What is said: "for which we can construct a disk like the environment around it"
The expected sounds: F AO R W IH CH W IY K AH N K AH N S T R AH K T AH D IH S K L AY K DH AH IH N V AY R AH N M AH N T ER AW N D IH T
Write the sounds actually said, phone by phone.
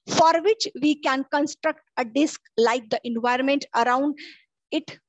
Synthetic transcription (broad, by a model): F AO R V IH CH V IY K AH N K AH N S T R AH K T AH D IH S K L AY K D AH IH N V AY R AH N M AH N T ER AW N D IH T